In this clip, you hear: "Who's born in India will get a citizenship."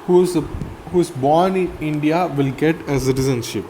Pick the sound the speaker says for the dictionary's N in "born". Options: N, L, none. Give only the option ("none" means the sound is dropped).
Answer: N